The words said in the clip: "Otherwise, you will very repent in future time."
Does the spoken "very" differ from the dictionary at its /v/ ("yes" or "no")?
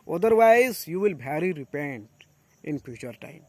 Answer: yes